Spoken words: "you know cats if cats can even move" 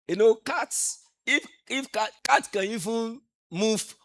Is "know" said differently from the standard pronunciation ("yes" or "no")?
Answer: no